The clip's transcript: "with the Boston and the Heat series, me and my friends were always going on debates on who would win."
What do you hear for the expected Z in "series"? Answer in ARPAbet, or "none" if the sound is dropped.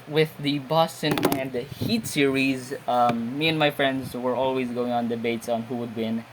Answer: Z